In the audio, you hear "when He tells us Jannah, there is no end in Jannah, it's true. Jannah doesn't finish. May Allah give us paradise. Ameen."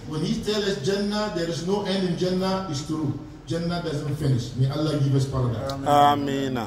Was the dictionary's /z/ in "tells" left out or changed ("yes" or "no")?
yes